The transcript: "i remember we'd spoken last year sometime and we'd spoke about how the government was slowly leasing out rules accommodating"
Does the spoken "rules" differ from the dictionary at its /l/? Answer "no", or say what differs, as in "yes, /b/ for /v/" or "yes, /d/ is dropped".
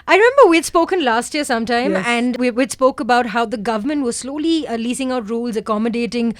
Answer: no